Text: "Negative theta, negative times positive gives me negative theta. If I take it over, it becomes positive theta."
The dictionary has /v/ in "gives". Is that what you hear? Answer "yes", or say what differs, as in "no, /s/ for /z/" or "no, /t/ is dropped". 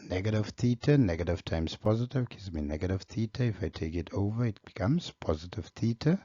no, /v/ is dropped